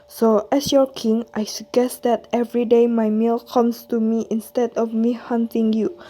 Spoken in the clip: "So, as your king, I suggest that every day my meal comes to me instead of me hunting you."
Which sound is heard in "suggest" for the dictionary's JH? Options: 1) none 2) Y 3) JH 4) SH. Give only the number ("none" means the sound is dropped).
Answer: 1